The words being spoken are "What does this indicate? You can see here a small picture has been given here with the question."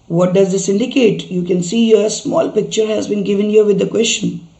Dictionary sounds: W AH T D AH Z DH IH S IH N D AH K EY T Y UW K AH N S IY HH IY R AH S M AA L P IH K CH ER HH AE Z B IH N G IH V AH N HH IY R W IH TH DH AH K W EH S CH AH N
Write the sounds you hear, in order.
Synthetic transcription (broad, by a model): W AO T D AH Z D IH S IH N D AH K EY T Y UW K AH N S IY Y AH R AH S M AA L P IH K CH ER HH AE Z B IH N G IH V AH N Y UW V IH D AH K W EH S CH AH N